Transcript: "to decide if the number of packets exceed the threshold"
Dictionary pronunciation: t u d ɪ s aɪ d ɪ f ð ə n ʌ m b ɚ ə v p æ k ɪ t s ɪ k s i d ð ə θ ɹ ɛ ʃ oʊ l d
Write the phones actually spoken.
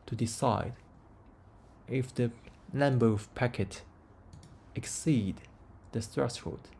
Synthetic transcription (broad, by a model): t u d ɪ s aɪ d ɪ f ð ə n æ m b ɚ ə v p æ k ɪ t ɪ k s i d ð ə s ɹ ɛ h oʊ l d